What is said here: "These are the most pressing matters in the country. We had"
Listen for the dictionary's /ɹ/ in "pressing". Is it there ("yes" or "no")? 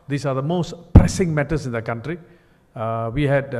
yes